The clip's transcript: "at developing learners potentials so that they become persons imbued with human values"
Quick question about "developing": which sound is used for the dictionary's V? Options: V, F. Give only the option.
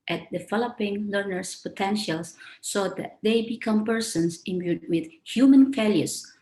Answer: F